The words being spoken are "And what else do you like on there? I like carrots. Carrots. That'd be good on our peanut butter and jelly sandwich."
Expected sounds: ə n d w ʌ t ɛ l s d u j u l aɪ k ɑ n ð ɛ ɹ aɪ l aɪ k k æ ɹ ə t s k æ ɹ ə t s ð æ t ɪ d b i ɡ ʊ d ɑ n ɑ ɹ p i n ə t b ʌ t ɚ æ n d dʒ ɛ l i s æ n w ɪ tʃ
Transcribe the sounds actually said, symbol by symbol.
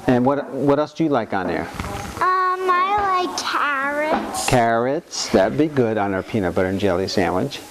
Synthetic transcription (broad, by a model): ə n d w ʌ t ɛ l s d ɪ j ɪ l aɪ k n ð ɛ ɹ aɪ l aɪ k k æ ɹ ə t s k æ ɹ ə t s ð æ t b i ɡ ʊ d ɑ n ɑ ɹ p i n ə b ʌ t ɚ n dʒ ɛ l i s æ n w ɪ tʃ